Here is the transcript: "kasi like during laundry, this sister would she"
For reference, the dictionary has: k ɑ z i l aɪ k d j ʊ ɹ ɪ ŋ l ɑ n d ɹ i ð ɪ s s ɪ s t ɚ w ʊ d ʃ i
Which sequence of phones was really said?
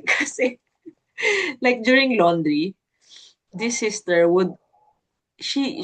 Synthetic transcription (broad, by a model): k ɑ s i l aɪ k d j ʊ ɹ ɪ ŋ l ɑ n d ɹ i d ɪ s s ɪ s t ɚ w ʊ d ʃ i